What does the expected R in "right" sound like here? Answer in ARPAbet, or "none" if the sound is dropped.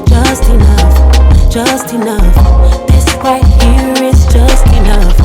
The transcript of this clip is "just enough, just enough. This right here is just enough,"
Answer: W